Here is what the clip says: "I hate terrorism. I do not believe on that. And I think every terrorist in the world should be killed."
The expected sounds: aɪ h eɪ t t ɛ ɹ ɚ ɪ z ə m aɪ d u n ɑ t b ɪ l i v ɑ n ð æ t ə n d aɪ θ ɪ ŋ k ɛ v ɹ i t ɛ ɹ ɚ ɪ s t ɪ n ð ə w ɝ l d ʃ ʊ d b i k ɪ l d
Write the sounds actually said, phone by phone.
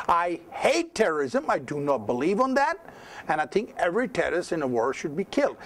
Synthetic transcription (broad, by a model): aɪ h eɪ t t ɛ ɹ ɚ ɪ z ə m aɪ d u n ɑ t b ɪ l i v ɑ n ð æ t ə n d aɪ θ ɪ ŋ k ɛ v ɹ i t ɛ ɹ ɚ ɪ s ɪ n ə w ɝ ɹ ʃ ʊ d b i k ɪ l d